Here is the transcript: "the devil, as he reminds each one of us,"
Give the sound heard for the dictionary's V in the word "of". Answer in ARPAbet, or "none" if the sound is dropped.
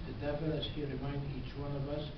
V